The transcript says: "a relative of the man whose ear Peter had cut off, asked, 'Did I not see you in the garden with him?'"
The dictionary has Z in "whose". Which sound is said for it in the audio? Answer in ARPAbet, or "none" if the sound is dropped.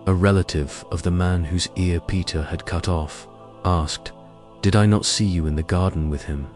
Z